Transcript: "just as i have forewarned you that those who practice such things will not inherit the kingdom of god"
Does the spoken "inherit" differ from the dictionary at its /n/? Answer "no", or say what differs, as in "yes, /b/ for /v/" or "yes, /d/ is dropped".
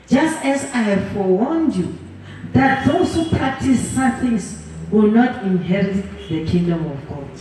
no